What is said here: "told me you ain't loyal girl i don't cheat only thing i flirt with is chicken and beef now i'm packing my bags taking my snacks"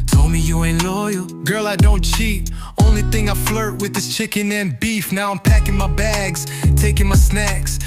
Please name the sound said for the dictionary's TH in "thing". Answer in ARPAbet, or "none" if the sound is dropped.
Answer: TH